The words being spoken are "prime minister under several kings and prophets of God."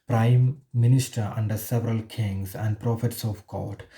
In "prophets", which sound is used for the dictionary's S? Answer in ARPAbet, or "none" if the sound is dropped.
S